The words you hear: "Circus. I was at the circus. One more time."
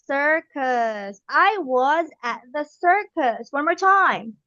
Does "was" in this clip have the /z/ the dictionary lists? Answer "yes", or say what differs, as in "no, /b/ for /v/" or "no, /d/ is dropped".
yes